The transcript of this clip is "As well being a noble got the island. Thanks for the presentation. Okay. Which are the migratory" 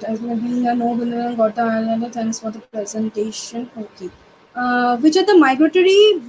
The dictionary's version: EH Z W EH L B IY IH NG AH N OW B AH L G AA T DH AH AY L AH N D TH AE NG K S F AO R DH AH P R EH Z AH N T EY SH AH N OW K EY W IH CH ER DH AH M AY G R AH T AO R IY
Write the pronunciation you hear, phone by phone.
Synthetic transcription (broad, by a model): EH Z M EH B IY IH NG AH N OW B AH N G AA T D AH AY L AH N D T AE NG K S F AO R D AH P R EH Z AH N T EY SH AH N OW K EY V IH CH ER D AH M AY G R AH T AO R IY